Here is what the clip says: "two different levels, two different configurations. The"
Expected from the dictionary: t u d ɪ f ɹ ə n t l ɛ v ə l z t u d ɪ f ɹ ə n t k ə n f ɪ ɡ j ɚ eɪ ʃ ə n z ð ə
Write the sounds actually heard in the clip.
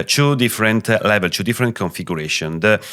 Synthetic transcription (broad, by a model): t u d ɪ f ɹ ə n t l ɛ v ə l t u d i f ɹ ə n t k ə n f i ɡ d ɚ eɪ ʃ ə n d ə